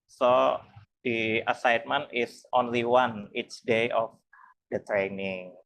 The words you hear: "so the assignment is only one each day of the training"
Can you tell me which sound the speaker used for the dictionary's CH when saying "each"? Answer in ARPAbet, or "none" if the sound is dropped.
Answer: S